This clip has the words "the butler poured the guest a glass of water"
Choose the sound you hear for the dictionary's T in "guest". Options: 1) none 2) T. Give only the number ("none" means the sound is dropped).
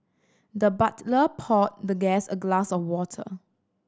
1